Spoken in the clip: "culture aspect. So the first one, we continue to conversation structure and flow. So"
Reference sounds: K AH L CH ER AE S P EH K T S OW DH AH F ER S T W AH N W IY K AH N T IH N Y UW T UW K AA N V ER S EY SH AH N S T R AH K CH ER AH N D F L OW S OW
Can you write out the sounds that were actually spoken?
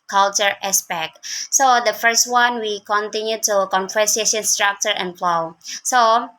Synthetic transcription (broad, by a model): K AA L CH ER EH S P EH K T S OW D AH F ER S T W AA N W IY K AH N T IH N Y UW T UW K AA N F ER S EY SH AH N S T R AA K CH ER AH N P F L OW S OW